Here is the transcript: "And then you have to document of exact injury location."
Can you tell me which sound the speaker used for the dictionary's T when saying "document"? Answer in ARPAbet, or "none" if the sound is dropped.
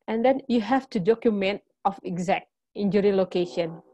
T